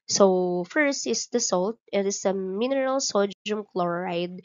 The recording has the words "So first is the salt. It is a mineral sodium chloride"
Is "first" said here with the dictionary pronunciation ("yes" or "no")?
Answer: yes